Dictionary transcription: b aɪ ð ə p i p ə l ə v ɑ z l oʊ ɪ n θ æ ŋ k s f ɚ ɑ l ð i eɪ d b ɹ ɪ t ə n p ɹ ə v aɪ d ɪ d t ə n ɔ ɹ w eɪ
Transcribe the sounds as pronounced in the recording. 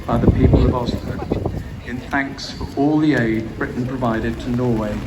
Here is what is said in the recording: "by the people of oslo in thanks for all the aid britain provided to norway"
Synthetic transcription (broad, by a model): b aɪ ð ə p i p ə l ə v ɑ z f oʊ ɪ n θ æ ŋ k s f ɚ ɑ l ð i eɪ d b ɹ ɪ t n p ɹ ə v aɪ d ɪ d t ə n ɔ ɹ w eɪ